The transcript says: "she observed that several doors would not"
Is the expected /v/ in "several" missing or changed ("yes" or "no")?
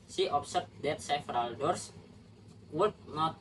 yes